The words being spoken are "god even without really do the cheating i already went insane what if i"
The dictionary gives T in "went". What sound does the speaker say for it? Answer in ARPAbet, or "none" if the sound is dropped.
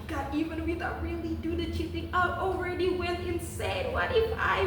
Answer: none